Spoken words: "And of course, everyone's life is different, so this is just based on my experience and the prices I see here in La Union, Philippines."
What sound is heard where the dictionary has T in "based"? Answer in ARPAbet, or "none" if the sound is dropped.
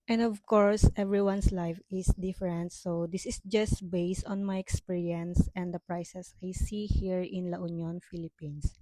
T